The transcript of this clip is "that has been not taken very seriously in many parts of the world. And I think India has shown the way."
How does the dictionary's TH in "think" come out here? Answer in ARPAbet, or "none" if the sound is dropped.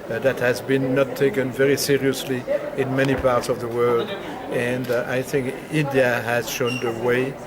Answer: TH